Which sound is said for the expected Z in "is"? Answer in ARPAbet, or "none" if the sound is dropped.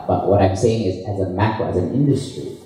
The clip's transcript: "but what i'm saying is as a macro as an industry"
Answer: Z